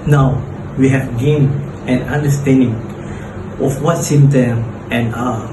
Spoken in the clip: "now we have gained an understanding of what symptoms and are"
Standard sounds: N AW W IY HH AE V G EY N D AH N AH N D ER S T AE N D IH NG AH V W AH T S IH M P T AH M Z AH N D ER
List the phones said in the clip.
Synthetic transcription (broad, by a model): N AW W IY HH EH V G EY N AH N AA N D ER S T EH N D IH NG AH F W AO T S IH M T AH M AH N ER